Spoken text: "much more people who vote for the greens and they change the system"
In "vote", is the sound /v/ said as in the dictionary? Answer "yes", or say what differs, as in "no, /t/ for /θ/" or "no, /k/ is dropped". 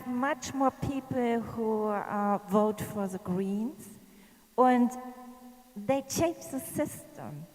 yes